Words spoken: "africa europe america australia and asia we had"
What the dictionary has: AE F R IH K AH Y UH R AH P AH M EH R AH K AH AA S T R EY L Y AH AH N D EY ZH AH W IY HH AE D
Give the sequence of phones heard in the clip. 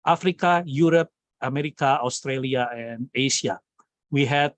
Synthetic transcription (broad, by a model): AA F R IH K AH Y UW R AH P AH M EH R AH K AH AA S T R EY L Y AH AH N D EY S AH W IY HH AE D